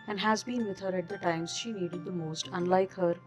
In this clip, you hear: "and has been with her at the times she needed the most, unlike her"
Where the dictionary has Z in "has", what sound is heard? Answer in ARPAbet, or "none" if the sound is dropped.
Z